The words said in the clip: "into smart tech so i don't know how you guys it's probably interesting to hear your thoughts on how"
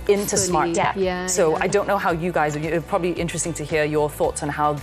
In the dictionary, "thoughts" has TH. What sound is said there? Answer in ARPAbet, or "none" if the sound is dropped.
TH